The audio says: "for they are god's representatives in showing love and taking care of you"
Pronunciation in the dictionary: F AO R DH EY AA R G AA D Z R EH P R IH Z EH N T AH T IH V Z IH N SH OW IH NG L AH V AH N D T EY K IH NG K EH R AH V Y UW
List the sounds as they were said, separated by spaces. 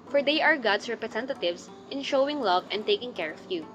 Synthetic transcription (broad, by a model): F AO R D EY AA R G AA D S R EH P R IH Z EH N T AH T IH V S IH N SH OW IH NG L AH V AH N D T EY K IH NG K EH R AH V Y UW